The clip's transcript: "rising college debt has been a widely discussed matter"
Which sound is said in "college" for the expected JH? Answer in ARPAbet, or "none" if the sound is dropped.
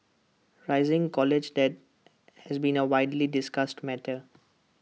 JH